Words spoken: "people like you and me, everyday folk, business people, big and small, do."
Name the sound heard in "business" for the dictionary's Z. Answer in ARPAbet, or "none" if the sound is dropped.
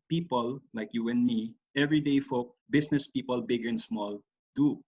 S